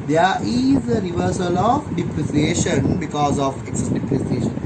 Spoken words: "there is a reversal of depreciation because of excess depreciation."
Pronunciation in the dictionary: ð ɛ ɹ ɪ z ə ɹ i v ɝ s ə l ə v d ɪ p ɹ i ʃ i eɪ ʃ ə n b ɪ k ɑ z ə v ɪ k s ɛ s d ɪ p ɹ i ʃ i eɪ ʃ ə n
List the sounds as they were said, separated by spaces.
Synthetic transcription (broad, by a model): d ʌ ɹ ɪ z ə ɹ i v ɝ s ə l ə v d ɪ p ɹ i s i eɪ ʃ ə n b ɪ k ɑ z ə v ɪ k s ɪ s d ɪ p ɹ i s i eɪ ʃ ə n